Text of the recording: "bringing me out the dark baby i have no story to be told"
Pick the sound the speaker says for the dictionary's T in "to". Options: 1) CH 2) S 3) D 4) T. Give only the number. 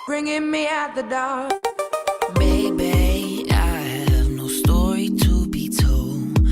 4